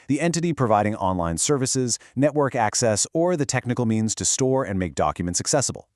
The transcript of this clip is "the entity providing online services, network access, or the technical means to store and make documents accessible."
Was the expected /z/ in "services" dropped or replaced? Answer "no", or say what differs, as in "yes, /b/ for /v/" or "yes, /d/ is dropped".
no